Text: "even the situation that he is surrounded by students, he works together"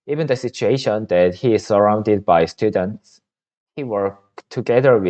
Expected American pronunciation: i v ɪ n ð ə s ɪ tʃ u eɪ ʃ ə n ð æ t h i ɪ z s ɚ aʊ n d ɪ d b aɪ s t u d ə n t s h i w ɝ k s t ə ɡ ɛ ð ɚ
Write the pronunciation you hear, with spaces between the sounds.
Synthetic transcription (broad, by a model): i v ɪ n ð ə s ɪ tʃ u eɪ ʃ ə n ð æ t h i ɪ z s ɚ aʊ n d ɪ d b aɪ s t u d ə n t s h i w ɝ k t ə ɡ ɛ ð ɚ